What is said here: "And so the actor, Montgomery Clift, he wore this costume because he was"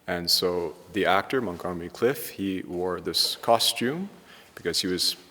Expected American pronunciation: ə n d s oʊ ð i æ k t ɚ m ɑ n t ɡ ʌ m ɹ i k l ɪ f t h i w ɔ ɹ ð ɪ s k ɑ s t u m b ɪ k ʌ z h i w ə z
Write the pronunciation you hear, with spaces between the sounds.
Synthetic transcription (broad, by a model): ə n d s oʊ ð i æ k t ɚ m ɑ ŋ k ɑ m i k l ɪ f h i w ɔ ɹ ð ɪ s k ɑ s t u m b ɪ k ʌ z h i w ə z